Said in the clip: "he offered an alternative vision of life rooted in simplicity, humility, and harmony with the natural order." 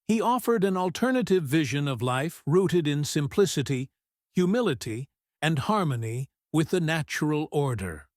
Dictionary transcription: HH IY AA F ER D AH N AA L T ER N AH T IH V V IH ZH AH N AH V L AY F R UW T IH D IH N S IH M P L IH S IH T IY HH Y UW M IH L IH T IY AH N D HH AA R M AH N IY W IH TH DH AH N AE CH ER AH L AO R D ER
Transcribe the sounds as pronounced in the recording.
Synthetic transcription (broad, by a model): HH IY AA F ER D AH N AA L T ER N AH T IH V V IH ZH AH N AH V L AY F R UW T IH D IH N S IH M P L IH S IH T IY HH Y UW M IH L IH T IY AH N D HH AA R M AH N IY W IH DH AH N AE CH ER L AO R D ER